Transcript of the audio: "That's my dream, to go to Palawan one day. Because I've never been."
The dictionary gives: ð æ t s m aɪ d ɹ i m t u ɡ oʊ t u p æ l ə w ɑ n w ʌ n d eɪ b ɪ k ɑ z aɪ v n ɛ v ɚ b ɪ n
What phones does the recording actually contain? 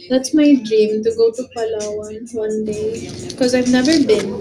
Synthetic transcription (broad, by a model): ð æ t s m aɪ d ɹ i m t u ɡ oʊ t u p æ l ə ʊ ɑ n w ʌ n d eɪ b ɪ k ɑ z aɪ v n ɛ v ɚ b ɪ n